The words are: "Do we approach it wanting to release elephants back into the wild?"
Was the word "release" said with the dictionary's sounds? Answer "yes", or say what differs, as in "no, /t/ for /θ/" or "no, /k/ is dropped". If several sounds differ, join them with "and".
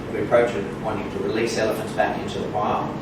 yes